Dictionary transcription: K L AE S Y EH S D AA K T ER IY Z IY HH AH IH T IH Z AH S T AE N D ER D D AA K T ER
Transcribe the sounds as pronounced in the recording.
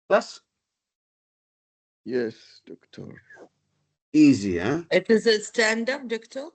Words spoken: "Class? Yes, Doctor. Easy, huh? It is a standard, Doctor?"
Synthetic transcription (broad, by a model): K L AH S Y EH S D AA K T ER IY Z IY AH IH T IH Z AH S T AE N D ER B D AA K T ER